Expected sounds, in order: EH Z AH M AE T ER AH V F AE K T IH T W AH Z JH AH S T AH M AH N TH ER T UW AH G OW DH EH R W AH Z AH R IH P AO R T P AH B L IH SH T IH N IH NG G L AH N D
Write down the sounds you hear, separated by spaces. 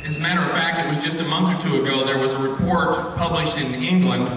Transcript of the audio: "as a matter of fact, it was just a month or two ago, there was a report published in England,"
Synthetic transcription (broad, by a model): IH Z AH M AE T ER AH V F AE K T IH T W AH Z JH AH S T AH M AH N TH ER T UW AH G OW DH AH R W AH Z AH R IH P AO R T P AH B L IH SH T IH N IH NG G L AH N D